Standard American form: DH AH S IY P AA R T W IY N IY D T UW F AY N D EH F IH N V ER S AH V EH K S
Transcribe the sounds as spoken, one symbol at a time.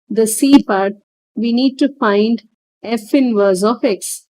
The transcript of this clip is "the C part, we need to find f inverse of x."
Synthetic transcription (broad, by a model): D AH S IY P AA R T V IY N IY D T UW F AY N D EH F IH N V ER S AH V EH K S